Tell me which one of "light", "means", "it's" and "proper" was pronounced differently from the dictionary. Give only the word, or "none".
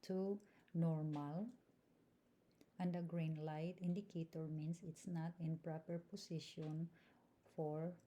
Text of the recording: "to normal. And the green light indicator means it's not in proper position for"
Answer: means